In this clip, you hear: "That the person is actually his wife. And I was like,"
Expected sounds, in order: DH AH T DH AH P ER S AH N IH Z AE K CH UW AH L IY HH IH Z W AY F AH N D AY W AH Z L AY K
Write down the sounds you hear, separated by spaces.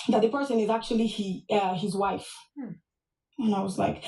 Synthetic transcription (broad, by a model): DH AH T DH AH P ER S AH N IH Z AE K CH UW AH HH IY HH IH Z W AY F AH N AY W AH Z L AY K